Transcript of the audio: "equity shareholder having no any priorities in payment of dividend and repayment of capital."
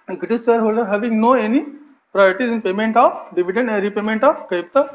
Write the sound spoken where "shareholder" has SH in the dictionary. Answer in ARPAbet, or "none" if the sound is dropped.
S